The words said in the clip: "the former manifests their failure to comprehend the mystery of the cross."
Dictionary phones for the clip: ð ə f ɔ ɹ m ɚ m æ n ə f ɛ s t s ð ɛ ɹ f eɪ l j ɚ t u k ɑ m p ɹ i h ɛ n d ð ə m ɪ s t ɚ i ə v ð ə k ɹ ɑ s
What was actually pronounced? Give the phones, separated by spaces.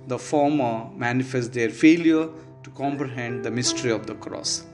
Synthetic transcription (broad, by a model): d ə f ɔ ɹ m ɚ m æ n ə f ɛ s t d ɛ ɹ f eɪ l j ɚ t u k ɑ m p ɹ i h ɛ n d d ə m ɪ s t ɚ i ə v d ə k ɹ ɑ s